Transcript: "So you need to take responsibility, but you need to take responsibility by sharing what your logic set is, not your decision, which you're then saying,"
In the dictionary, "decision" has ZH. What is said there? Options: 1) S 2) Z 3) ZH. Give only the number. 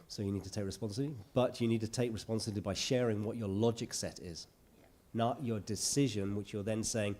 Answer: 3